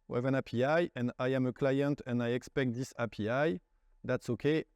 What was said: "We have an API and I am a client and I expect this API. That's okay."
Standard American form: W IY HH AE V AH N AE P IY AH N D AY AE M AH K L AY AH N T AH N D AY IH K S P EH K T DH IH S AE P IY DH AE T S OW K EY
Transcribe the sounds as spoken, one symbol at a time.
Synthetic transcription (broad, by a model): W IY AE V AH N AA P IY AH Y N AY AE M AH K L AY AH N T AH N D AY IH K S P EH K T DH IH S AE P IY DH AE T S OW K EY